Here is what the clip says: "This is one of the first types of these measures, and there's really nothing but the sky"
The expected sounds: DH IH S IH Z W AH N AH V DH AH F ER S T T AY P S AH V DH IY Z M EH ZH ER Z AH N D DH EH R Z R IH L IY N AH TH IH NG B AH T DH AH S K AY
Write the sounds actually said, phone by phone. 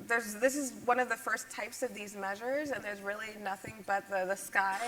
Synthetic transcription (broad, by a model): DH IH S IH Z W AH N AH V DH AH F ER S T T AY P S AH V DH IY Z M EH ZH ER Z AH N DH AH R Z R IH L IY N AH TH IH NG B AH T DH AH S K AY